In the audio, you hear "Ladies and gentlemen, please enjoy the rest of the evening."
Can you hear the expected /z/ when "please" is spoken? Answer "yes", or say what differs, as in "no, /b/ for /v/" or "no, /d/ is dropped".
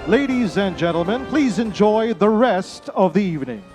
yes